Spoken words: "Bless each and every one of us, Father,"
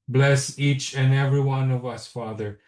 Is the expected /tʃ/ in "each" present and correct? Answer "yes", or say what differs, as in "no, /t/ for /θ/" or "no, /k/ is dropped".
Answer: yes